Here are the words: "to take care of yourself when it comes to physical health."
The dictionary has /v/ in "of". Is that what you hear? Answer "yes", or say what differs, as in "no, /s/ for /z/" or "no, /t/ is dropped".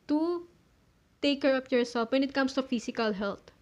no, /p/ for /v/